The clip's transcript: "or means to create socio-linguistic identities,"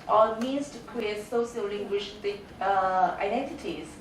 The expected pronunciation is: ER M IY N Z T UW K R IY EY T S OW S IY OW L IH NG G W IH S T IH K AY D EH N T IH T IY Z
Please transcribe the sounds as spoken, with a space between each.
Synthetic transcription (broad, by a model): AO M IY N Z T UW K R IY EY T S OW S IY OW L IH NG G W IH SH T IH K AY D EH N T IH T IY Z